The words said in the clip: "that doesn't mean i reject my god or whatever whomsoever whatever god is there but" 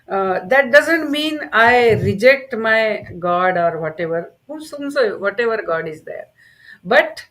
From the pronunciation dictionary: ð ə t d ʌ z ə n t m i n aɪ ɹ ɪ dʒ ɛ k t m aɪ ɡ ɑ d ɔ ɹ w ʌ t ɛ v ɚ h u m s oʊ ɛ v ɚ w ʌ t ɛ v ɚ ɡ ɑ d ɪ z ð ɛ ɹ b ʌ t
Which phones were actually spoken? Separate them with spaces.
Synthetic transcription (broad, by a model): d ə t d ʌ z ə n t m i n aɪ ɹ ɪ dʒ ɛ k t m aɪ ɡ ɑ d ɔ ɹ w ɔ t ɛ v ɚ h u s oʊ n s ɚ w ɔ t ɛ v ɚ ɡ ɑ d ɪ z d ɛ ɹ b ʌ t